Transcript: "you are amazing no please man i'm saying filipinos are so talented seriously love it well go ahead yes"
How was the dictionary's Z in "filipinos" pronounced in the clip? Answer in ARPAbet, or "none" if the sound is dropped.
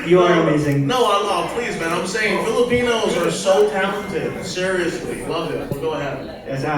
Z